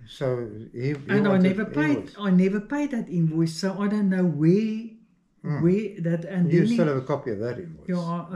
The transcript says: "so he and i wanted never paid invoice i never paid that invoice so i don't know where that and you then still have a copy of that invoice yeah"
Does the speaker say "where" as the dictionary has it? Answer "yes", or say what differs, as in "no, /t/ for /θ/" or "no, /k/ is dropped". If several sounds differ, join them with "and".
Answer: no, /w/ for /ɹ/